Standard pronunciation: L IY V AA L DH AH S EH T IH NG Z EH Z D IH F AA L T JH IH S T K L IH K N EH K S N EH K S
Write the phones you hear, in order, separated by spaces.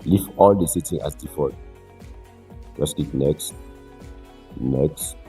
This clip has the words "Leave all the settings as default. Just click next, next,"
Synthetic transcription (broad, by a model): L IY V AA L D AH S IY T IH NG AA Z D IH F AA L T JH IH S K IY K N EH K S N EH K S